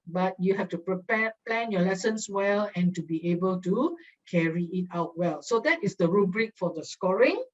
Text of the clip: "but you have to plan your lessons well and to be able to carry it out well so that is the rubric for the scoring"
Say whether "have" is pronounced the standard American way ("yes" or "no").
no